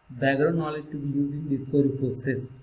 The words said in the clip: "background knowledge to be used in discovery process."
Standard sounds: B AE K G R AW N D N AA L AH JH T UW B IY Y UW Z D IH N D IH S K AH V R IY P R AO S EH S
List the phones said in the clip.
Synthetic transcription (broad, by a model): B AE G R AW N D N AA L AH JH T UW B IY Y UW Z IH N D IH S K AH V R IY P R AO S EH S